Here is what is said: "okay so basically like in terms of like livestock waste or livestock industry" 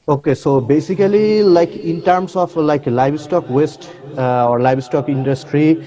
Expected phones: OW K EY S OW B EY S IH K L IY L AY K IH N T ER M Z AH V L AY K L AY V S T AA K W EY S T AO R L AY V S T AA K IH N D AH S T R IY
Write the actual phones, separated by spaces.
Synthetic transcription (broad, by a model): OW K EY S OW B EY S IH K L IY L AY K IH N T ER M S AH F L AY K L AY B S T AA K W EY S T AO R L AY B S T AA K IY N D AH S T R IY